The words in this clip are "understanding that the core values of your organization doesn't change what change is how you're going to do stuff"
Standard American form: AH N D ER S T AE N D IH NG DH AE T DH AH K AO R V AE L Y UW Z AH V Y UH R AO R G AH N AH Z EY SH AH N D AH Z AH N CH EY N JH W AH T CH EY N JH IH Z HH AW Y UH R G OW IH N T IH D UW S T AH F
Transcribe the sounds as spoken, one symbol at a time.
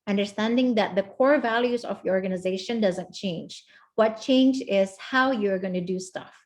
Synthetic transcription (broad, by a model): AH N D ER S T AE N D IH NG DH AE T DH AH K AO R V AE L Y UW Z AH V Y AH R AO R G AH N AH Z EY SH AH N D AH Z AH N CH EY N JH W AH T CH EY N JH IH Z HH AW Y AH R G OW IH N T IH D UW S T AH F